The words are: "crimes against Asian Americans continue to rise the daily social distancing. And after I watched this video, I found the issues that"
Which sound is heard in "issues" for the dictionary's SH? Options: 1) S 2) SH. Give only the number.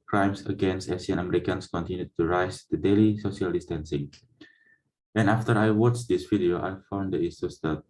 1